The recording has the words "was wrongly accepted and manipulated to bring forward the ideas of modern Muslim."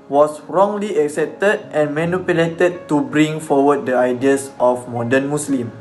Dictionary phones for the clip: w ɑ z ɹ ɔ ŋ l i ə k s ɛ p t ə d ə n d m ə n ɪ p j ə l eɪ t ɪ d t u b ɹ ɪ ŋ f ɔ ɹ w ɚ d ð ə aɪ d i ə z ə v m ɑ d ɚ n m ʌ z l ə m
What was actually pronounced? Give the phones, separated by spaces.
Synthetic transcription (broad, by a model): w ɑ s ɹ ɔ ŋ l i ə k s ɛ p t ə d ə n m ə n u p j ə l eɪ t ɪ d t u b ɹ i ŋ f ɔ w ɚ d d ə aɪ d i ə s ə f m ɑ d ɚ n m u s l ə m